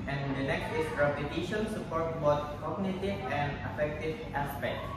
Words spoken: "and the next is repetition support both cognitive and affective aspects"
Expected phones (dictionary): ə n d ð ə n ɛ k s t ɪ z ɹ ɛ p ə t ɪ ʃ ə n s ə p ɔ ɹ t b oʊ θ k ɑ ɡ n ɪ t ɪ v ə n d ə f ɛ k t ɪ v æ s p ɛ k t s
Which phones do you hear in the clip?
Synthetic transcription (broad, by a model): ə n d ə n ɛ k s t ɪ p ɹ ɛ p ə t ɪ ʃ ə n s ə p ɔ ɹ t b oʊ s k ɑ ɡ n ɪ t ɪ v ə n d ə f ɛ k t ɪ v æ s p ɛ k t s